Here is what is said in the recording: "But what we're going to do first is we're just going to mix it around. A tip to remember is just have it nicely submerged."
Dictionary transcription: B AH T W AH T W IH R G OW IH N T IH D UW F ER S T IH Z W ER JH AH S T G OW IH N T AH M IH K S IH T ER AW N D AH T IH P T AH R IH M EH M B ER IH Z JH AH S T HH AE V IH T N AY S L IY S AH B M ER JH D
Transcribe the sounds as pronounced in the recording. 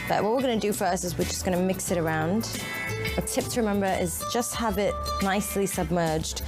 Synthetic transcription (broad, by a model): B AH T W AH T W IH R G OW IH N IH D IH F ER S IH Z W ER JH AH S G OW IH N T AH M IH K S IH T ER AW N D AH T IH P T AH R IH M EH M B ER IH Z JH AH S T HH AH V IH T N AY S L IY S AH B M ER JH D